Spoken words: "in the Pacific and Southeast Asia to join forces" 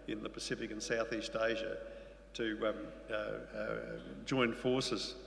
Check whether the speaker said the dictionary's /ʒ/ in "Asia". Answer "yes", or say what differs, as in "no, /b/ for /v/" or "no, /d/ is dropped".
yes